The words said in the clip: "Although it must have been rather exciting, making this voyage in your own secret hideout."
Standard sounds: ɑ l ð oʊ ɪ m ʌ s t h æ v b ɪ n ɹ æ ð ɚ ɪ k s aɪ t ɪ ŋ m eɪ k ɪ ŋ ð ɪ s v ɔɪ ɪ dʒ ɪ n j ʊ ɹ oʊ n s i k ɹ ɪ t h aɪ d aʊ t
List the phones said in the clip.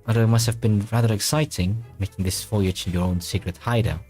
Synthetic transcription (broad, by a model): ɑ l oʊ ɪ m ʌ s t h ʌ v b ɪ n ɹ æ ð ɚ ɪ k s aɪ t ɪ ŋ m eɪ k ɪ ŋ ð ɪ s f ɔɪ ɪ tʃ ɪ n j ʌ ɹ oʊ n s i k ɹ ɪ t h aɪ d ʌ